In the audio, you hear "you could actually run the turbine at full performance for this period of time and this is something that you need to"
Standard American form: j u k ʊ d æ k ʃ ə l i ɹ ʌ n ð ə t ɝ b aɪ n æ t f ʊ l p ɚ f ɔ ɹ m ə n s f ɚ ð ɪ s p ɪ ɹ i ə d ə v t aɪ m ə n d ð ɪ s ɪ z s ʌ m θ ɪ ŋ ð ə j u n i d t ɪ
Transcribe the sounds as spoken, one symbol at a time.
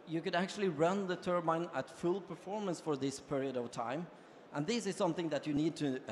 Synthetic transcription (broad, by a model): j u k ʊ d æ k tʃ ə l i ɹ ʌ n ð ə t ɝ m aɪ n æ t f ʊ l p ɚ f ɔ ɹ m ə n s f ɚ ð ɪ s p ɪ ɹ i ə d ə v t aɪ m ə n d ð ɪ s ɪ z s ʌ m θ ɪ ŋ ð ə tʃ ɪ n i d t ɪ